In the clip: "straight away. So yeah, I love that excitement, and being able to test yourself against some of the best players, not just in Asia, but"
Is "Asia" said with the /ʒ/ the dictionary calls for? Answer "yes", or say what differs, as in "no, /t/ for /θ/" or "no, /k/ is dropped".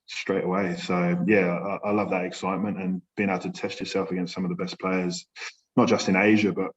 yes